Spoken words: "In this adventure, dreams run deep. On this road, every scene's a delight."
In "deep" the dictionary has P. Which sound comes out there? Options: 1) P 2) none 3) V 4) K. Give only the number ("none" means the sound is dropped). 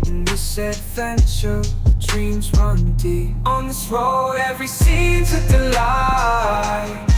2